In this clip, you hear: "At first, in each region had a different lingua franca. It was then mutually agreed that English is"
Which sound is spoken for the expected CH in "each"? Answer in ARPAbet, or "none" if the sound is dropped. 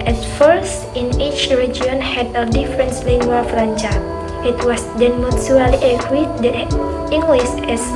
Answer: CH